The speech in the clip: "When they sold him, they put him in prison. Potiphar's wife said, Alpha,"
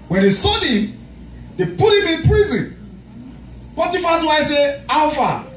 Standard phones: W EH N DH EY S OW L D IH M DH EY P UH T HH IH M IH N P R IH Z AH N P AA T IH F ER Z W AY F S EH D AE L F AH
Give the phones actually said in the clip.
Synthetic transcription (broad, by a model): W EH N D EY S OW D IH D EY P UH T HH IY M IH N P R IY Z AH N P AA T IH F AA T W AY S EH AA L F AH